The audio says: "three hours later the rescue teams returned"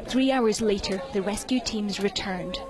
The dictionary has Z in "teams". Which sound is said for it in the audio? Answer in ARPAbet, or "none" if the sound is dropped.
Z